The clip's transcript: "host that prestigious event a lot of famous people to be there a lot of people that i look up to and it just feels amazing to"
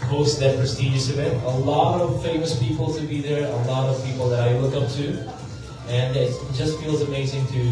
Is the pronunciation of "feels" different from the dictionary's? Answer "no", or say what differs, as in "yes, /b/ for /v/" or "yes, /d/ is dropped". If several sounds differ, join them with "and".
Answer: no